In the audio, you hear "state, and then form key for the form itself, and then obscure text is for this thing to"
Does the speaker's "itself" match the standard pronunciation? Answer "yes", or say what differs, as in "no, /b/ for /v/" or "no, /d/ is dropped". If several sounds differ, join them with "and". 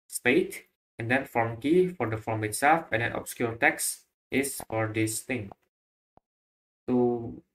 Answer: yes